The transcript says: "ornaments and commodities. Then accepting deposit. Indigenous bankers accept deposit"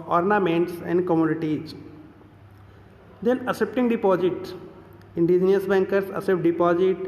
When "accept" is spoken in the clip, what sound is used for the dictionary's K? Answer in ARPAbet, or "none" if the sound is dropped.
none